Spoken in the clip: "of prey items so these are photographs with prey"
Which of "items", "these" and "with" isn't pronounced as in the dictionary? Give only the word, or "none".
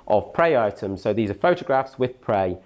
none